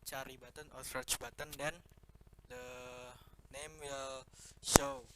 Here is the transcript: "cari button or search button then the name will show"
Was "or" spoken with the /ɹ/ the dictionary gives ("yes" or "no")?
no